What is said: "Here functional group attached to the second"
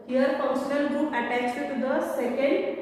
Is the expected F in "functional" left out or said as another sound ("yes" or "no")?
yes